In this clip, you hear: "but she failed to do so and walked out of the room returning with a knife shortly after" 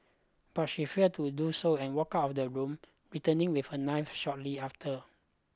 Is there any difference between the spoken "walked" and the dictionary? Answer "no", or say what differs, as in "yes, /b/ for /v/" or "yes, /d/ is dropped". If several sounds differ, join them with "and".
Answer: yes, /t/ is dropped